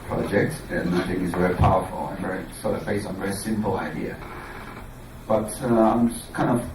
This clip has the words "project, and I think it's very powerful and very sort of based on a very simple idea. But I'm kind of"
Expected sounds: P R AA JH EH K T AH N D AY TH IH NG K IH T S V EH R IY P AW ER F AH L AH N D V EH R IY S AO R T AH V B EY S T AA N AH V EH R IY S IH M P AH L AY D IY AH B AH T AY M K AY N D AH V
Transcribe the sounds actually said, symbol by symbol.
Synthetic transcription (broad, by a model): P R AA JH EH K T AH N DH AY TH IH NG IH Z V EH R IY P AW ER F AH L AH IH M V EH R IY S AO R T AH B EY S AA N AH V EH R IY S IH M P L AY D IY AH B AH T AY M K AY N D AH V